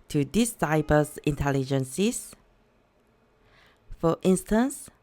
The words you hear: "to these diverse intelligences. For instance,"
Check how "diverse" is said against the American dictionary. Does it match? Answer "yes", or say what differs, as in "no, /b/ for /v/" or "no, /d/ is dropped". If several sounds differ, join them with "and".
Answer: no, /b/ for /v/